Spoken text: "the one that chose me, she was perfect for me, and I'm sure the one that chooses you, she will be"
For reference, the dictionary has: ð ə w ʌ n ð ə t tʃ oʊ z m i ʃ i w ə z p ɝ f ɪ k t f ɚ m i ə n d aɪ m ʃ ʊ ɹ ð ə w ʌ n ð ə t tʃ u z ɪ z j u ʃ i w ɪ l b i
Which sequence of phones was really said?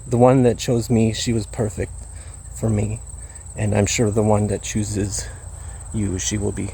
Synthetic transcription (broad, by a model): ð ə w ʌ n ð ə t tʃ oʊ z m i ʃ i w ə z p ɝ f ɪ k t f ɚ m i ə n aɪ m ʃ ʊ ɹ ð ə w ʌ n ð ə t tʃ u z ɪ z j u ʃ i w ɪ l b i